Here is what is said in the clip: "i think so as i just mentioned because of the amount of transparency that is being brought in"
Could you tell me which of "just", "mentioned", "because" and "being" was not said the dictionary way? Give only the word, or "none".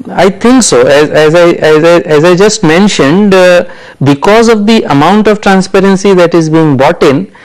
none